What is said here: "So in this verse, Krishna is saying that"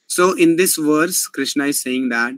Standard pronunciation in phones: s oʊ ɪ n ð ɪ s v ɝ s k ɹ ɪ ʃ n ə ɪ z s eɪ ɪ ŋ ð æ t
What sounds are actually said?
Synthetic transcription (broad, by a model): s oʊ ɪ n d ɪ s v ɝ s k ɹ ɪ ʃ n ə ɪ z s eɪ ɪ ŋ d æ t